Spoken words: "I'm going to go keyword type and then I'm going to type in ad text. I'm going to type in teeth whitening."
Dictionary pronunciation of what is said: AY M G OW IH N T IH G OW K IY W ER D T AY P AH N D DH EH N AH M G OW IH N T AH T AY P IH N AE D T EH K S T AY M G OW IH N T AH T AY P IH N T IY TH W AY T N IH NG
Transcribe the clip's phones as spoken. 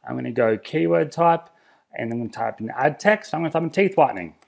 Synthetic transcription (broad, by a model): AY M G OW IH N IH G OW K IY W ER D T AY P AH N N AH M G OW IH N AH T AY P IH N AE D T EH K S T AY M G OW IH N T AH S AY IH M T IY TH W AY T N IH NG